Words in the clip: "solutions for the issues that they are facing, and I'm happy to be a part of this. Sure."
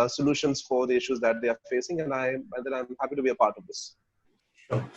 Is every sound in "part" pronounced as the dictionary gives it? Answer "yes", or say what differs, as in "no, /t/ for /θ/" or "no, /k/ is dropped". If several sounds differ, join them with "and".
yes